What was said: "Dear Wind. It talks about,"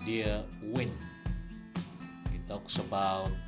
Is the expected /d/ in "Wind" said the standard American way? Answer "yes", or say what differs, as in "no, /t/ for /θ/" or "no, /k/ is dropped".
no, /d/ is dropped